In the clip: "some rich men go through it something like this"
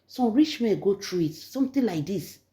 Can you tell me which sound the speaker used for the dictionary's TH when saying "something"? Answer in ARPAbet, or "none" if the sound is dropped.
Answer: T